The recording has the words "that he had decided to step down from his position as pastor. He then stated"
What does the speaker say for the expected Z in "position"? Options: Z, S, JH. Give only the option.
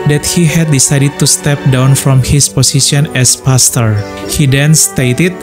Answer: S